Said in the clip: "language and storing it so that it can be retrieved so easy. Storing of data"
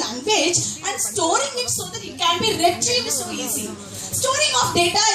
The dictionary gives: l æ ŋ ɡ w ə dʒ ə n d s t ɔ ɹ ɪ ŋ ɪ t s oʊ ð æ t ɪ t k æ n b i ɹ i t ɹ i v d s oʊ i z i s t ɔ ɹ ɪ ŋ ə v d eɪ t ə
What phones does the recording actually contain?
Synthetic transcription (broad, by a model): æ ŋ ɡ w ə dʒ ə n d s t ɔ ɹ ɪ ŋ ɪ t s oʊ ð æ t ɪ t k æ n b i ɹ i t l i d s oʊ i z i s t ɔ ɹ ɪ ŋ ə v d eɪ t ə